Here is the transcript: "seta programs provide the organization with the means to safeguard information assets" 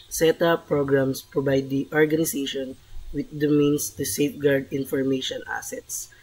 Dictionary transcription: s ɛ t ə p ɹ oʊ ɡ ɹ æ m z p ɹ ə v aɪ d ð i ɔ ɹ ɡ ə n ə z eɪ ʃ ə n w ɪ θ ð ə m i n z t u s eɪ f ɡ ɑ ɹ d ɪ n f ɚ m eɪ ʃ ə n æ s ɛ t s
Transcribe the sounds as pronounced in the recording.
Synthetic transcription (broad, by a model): s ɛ t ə p ɹ oʊ ɡ ɹ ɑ m s p ɹ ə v aɪ d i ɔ ɹ ɡ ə n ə s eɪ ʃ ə n w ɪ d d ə m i n s t u s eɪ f ɡ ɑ ɹ d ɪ n f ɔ m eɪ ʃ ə n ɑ s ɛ t s